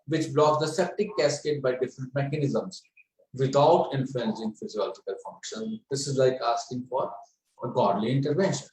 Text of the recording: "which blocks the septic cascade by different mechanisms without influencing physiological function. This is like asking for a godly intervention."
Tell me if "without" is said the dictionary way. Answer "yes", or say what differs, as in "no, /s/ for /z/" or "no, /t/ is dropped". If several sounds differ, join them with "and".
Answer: no, /t/ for /θ/